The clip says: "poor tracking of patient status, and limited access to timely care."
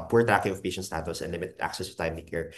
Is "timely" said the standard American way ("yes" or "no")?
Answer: no